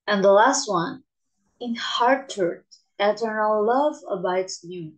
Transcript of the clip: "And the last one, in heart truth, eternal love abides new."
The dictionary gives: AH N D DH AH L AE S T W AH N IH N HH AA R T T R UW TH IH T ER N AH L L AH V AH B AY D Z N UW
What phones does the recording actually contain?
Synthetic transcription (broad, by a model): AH N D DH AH L AE S T W AH N IH N HH AA R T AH R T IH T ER N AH L L AH V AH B AY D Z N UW